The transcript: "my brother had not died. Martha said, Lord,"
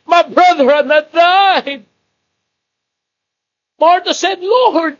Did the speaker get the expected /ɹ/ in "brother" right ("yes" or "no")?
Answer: yes